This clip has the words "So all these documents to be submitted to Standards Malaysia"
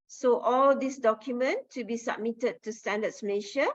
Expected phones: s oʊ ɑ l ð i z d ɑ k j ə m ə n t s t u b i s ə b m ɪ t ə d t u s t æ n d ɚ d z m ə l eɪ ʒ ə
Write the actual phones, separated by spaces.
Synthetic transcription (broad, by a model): s oʊ ɑ l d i s d ɑ k j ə m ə n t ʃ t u b i s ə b m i t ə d t u s t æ n d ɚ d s m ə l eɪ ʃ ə